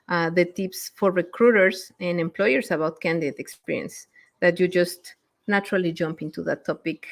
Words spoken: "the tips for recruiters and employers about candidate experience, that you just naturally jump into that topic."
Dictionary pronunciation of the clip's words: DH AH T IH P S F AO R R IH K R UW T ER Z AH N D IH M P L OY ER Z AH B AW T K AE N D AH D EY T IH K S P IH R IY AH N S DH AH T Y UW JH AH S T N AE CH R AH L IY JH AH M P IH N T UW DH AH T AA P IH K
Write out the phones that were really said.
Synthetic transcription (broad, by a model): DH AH T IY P S F AO R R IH K R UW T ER S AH N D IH M P L OY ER S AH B AW T K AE N D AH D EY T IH K S P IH R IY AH N S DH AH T Y UW JH AH S T N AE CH R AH L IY JH AH M P IH N T UW DH AH T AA P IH K